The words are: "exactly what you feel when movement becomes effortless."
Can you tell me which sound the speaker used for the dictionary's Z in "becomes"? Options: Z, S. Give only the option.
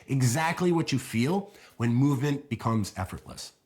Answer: Z